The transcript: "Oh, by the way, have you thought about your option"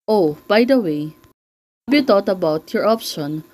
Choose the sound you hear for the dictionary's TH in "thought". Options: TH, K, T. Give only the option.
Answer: T